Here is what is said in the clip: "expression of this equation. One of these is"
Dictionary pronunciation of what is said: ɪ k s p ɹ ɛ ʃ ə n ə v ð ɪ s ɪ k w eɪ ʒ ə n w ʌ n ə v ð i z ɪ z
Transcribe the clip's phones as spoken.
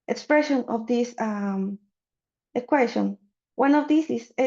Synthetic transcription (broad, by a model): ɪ k s p ɹ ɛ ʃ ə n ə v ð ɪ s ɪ k w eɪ ʃ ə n w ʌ n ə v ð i s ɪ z